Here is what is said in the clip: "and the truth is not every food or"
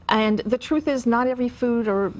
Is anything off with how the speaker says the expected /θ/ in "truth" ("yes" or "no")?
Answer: no